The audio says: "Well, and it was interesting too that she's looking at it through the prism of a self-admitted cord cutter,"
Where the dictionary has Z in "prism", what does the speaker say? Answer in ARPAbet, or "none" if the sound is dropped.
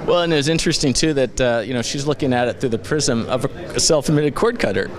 Z